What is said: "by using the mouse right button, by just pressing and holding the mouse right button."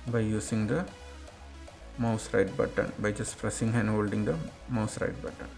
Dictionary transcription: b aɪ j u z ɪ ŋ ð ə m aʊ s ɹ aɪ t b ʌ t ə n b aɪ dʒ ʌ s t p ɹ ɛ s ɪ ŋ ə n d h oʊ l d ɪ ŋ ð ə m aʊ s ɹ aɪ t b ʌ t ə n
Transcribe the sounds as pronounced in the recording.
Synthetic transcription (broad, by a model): b aɪ j u s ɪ ŋ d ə m aʊ s ɹ aɪ t b ʌ t ə n b aɪ dʒ ʌ s t f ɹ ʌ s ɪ ŋ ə n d h oʊ l d ɪ ŋ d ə m aʊ s ɹ aɪ t b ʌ t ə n